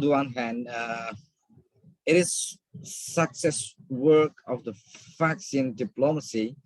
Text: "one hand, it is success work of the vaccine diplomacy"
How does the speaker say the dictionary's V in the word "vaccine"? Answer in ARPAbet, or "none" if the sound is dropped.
F